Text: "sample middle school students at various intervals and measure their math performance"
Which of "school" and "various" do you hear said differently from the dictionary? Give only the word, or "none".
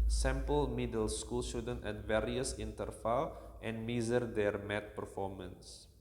none